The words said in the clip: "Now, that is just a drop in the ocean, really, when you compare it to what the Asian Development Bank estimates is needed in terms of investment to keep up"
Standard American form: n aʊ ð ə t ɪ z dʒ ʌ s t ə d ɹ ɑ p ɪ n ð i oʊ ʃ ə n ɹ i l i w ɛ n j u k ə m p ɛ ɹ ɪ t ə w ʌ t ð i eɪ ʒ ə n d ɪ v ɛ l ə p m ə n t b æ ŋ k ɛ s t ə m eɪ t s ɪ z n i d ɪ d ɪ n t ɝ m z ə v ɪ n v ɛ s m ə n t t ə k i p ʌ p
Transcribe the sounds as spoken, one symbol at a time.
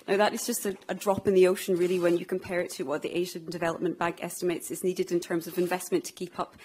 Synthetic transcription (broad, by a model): n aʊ ð ə t ɪ z dʒ ʌ s t ə d ɹ ɑ p ɪ n ð i oʊ ʃ ə n ɹ i l i w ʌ n j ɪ k ə m p ɛ ɹ ɪ t ə w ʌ t ð i eɪ ʒ ə n d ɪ v ɛ l ə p m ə n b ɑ ŋ k ɛ s t ə m eɪ t s ɪ z n i d ɪ d ɪ n t ɝ m z ə v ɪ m v ɛ s m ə n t t ə k i p ʌ p